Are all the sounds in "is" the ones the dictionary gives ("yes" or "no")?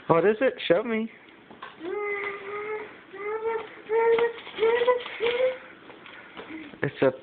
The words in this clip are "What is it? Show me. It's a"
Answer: yes